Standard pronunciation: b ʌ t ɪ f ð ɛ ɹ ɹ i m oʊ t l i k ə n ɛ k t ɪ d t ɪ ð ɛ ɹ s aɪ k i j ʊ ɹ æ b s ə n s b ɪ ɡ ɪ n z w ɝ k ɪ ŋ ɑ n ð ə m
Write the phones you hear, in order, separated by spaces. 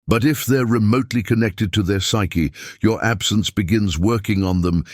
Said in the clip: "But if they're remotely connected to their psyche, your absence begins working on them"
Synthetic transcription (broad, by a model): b ʌ t ɪ f ð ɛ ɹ ɹ i m oʊ t l i k ə n ɛ k t ɪ d t ɪ ð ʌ ɹ s aɪ k i j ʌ ɹ æ b s ə n s b ɪ ɡ ɪ n z w ɝ k ɪ ŋ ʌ n ð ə m